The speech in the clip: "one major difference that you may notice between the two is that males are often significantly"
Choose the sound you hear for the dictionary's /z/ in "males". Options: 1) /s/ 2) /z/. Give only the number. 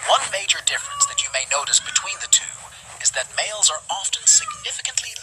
2